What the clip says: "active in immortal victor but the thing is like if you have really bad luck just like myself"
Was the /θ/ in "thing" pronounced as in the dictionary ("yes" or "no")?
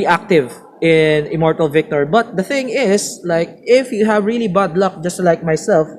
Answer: yes